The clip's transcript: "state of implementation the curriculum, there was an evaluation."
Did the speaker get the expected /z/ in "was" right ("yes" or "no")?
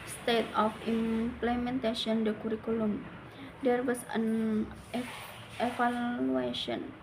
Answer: no